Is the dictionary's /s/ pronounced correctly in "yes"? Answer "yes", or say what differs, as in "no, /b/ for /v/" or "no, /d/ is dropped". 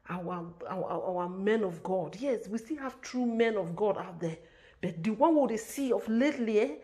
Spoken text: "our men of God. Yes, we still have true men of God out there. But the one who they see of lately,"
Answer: yes